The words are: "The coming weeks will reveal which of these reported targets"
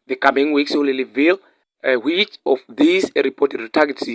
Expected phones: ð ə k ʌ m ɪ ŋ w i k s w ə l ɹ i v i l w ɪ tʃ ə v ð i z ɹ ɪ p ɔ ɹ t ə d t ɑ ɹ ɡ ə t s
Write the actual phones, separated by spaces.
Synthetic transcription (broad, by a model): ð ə k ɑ m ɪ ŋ w i k s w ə l l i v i l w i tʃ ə f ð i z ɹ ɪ p ɔ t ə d t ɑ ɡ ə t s